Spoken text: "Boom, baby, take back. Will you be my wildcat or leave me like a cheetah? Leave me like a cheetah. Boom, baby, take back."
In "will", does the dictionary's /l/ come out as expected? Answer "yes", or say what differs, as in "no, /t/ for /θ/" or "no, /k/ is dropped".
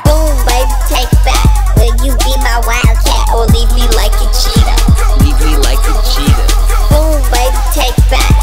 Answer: no, /n/ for /l/